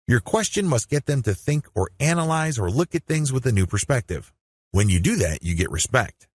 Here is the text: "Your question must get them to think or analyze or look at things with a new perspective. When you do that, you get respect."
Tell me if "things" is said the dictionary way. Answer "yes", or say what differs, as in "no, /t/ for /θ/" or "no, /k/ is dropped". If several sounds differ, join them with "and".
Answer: yes